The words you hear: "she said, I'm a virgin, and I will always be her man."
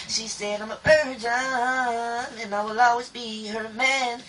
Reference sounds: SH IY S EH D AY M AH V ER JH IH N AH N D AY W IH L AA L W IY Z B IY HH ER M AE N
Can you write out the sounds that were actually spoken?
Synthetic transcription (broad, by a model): SH IY S EH D AY M AH B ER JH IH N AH N AY W IH L AA L W IY Z B IY HH ER M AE N